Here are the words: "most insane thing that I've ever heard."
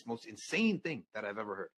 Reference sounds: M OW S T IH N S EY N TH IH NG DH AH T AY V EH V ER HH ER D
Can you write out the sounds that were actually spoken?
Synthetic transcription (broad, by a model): M OW S T IH N S EY N TH IH NG DH AH T AY V EH V ER HH ER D